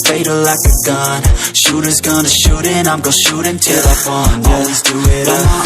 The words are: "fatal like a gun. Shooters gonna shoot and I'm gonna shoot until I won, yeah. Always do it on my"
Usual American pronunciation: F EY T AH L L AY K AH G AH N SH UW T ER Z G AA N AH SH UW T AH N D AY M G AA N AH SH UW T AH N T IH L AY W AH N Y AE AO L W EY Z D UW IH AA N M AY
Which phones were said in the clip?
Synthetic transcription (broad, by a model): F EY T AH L L AY K AH G AH N SH UW T ER Z G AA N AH SH UW T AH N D AY M G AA AH SH UW T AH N T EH L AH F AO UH N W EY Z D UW IH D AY